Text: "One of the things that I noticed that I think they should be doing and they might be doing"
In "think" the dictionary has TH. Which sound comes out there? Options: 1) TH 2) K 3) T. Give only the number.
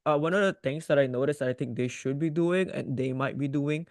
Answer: 3